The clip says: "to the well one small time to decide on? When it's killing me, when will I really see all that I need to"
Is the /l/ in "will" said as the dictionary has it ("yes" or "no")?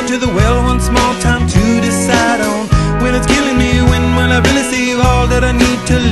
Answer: no